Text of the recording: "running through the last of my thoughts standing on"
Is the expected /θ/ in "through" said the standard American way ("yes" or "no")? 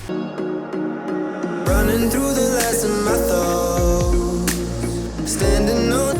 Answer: yes